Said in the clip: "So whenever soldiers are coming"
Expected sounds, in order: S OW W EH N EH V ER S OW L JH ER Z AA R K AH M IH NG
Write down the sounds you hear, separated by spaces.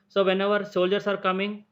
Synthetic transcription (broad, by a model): S OW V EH N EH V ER S OW L JH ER S AA R K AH M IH NG